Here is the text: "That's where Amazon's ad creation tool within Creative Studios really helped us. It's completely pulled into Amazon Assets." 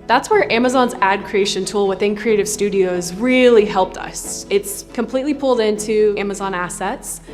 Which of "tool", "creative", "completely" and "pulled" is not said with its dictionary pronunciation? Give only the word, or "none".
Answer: none